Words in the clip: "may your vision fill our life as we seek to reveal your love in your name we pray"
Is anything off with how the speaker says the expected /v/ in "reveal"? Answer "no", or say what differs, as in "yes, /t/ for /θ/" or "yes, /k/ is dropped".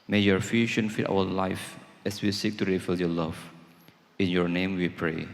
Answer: yes, /f/ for /v/